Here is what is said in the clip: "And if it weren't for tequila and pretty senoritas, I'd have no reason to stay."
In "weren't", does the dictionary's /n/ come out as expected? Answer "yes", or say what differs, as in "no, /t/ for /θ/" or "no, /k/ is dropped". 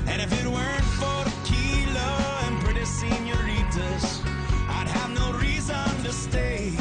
yes